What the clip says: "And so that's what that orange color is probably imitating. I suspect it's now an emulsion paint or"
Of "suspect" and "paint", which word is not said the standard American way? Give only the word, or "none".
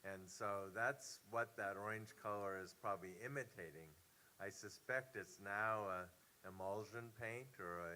none